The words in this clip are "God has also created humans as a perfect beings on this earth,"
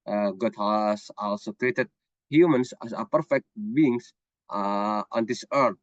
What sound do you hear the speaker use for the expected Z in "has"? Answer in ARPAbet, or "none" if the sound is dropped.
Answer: S